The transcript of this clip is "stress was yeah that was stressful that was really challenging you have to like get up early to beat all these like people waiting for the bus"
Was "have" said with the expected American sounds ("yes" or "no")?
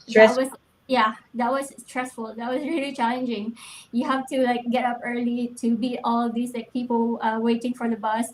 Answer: no